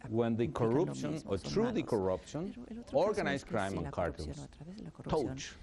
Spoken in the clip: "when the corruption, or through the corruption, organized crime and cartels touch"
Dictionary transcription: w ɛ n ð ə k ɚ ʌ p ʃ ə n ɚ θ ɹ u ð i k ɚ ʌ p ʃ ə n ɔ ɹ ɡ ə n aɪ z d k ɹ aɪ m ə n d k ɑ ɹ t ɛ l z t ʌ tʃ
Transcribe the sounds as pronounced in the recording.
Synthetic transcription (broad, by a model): w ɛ n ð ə k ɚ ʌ p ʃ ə n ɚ t ɹ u ð i k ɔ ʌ p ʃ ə n ɔ ɹ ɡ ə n aɪ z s k ɹ aɪ m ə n k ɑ ɹ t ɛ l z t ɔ tʃ